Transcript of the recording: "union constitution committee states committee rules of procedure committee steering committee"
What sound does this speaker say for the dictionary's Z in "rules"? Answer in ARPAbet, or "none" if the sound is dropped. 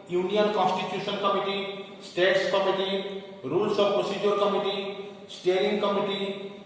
S